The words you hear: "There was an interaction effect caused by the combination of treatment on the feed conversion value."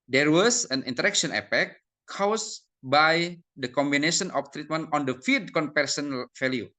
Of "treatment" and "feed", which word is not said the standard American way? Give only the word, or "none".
none